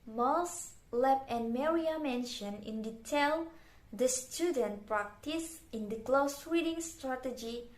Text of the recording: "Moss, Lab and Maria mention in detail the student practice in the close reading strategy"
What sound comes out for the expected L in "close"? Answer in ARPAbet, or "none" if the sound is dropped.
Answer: L